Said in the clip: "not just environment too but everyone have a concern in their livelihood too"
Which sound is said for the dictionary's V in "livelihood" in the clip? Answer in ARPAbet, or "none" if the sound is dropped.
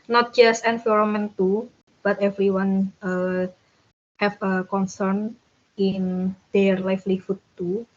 F